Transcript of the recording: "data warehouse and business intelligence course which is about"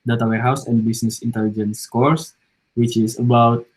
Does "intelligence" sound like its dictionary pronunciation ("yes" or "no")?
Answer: yes